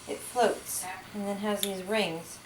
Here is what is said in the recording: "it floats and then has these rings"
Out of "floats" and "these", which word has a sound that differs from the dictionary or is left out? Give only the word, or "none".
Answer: none